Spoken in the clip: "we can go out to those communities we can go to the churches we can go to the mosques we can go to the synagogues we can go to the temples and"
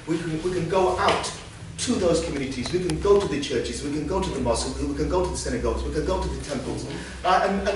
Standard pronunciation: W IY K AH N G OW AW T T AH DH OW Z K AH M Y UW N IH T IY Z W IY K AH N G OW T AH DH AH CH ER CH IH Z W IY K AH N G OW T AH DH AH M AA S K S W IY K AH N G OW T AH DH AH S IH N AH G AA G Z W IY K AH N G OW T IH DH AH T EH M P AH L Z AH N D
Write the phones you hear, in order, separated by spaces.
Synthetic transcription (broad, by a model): W IY K AH N G OW AW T T AH DH OW Z K AH M Y UW N IH T IY Z W IY K AH N G OW T AH DH AH CH ER CH IH Z W IY K AH N G OW T AH DH AH M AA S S W IY K AH N G OW T AH DH AH S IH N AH G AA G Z W IY K AH N G OW T IH DH AH T EH M P AH L Z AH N